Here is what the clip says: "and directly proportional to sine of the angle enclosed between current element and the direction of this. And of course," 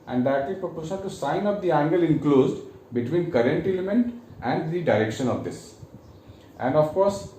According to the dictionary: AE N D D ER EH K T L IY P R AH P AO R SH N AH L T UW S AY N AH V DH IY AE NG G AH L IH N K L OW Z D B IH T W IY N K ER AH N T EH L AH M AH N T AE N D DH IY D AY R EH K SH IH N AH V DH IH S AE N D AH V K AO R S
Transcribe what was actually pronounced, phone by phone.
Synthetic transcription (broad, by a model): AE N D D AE T IY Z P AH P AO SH AH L T UW S AY N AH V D IY AE NG G AH L IH N K L OW Z D B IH T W IY N K ER AH N T EH L AH M AH N T AE N D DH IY D AY R EH K SH IH N AH V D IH S AE N D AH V K AO R S